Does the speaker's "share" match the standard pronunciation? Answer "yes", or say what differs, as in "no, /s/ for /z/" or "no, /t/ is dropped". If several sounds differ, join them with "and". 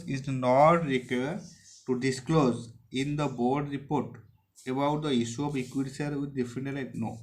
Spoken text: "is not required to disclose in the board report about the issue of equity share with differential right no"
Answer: no, /s/ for /ʃ/